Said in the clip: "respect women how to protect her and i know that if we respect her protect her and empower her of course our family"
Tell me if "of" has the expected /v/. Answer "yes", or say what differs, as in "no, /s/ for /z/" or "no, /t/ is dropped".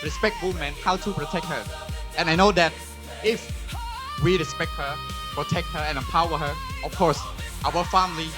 no, /f/ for /v/